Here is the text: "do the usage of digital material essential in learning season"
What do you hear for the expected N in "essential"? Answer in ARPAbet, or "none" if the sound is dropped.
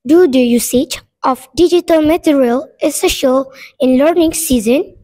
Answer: none